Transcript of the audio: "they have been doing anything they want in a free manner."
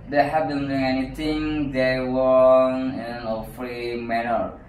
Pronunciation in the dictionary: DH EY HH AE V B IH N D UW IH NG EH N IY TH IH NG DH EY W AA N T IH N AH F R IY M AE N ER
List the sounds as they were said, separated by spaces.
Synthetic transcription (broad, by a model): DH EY HH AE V B IH N D UW IH NG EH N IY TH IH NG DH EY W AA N IH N AH F R IY M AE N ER